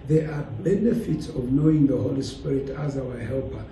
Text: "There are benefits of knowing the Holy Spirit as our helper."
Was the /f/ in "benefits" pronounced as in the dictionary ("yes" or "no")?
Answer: yes